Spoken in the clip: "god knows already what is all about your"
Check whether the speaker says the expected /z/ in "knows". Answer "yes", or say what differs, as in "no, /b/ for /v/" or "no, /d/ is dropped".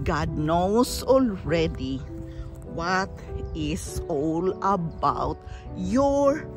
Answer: no, /s/ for /z/